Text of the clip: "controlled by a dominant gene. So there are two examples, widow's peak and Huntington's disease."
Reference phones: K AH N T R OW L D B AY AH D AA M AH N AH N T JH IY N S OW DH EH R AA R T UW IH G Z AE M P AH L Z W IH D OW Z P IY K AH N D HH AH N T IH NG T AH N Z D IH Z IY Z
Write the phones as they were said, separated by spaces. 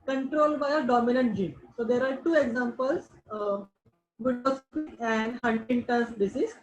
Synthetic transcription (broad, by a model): K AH N T R OW L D B AY AH D AA M AH N AH N T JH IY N S OW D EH R AA R T UW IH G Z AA M P AH L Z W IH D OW S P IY AH N D HH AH N T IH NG T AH N S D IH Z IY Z